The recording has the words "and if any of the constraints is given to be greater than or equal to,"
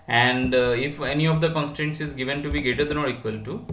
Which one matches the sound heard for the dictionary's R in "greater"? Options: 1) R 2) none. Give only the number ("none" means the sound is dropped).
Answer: 2